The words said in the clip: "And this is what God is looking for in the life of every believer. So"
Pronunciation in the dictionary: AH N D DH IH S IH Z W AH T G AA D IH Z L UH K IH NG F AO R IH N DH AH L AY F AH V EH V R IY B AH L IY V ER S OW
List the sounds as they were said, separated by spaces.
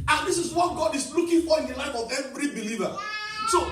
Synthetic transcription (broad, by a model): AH N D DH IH S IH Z W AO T G AA D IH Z L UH K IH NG F AO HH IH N L AY F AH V EH V R IY B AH L IY V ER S OW